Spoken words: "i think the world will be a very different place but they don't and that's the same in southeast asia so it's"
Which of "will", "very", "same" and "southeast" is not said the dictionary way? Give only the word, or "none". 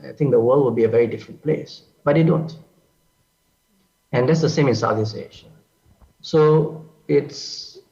southeast